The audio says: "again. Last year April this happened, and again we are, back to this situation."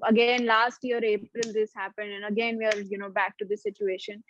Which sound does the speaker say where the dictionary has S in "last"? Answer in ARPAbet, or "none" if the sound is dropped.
S